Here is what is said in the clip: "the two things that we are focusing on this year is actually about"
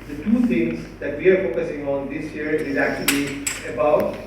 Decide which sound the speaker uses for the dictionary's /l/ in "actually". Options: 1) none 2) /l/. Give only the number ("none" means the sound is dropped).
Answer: 2